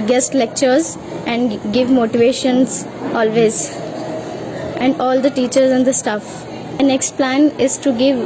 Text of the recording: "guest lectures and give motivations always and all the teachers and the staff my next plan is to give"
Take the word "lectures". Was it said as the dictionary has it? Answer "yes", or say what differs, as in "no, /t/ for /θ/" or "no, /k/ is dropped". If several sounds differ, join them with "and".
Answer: yes